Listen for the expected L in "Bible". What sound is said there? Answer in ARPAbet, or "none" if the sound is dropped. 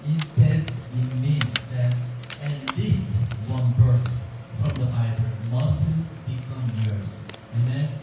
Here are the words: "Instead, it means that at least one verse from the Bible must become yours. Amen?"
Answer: N